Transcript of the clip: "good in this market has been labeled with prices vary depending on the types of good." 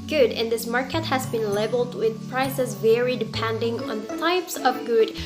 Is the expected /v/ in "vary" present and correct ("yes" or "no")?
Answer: yes